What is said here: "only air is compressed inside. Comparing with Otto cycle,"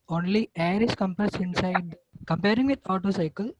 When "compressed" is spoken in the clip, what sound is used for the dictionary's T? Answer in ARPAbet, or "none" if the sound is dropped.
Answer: none